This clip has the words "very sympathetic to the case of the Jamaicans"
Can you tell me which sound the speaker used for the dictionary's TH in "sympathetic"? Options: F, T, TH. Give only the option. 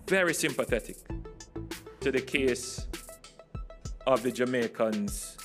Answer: TH